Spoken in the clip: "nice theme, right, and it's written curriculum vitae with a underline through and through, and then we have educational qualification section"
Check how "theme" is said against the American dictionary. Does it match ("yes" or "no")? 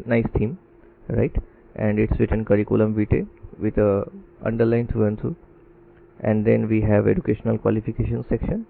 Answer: no